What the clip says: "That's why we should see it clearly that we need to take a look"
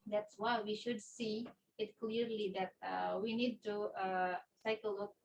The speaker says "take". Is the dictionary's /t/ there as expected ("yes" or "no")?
no